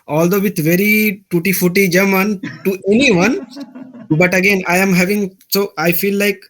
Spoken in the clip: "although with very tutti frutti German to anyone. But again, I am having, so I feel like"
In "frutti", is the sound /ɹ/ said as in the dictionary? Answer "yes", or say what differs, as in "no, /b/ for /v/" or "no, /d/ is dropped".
no, /ɹ/ is dropped